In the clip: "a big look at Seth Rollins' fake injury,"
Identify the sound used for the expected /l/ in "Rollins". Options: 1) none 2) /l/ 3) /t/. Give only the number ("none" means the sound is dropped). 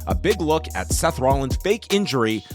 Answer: 2